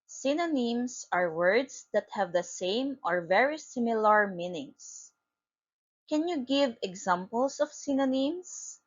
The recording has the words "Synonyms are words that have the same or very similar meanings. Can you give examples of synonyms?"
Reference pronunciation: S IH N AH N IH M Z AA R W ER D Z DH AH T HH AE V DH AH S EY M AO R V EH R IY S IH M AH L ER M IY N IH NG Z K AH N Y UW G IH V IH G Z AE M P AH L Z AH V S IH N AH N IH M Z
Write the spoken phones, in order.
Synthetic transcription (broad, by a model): S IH N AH N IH M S AA R W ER D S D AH T HH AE V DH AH S EY M AO R V EH R IY S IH M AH L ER M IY N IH NG S K AH N Y UW G IH V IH G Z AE M P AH L S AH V S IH N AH N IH M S